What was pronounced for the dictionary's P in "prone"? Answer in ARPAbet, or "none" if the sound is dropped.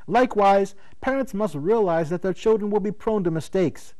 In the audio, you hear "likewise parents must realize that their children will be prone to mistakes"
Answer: P